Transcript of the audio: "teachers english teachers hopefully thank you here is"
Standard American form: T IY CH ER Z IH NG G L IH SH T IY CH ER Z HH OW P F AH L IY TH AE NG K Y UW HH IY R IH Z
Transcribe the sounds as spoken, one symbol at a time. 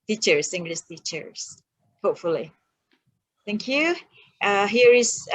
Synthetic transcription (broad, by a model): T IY CH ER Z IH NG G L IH S T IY CH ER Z HH OW P F AH L IY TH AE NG K Y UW HH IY R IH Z